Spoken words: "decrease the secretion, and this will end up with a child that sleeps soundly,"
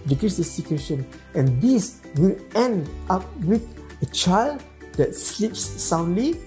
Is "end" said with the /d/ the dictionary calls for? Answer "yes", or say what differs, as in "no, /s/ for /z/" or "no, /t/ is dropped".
yes